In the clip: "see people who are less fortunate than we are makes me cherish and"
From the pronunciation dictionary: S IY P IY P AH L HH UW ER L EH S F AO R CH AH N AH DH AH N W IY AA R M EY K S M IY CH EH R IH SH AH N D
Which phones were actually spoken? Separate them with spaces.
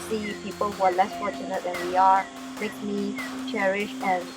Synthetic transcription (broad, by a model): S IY P IY P AH L HH UW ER L EH S F AO R CH AH N AH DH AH N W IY AA R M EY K M IY CH EH R IH SH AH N